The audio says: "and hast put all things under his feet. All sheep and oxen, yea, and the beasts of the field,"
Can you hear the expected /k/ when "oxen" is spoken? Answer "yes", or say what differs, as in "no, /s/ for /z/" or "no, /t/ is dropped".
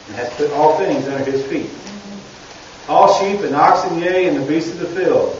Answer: yes